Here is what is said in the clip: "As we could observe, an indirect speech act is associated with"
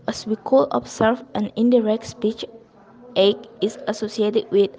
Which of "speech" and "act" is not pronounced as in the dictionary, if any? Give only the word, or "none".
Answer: act